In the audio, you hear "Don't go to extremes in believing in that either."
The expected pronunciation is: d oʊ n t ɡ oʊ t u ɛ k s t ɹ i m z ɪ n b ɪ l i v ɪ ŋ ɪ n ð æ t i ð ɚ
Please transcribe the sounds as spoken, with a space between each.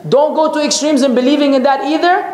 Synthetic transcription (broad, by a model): d oʊ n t ɡ oʊ t u ɛ k s t ɹ i m z ɪ n b ɪ l i v ɪ ŋ ɪ n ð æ t i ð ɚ